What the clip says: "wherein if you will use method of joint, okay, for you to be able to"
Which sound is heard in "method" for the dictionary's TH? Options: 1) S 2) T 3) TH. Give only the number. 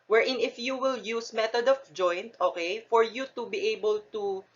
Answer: 2